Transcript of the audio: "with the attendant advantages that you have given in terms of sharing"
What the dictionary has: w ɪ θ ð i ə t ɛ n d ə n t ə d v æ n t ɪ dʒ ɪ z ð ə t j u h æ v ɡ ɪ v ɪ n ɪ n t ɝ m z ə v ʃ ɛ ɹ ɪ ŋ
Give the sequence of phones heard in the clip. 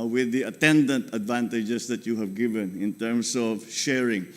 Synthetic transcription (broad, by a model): w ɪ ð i ə t ɛ n d ə n t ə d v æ n t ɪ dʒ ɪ s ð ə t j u h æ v ɡ ɪ v ɪ n ɪ n t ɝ m s ə v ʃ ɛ ɹ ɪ ŋ